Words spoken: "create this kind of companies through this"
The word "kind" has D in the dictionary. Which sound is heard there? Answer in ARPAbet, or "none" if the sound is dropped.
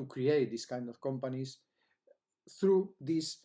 D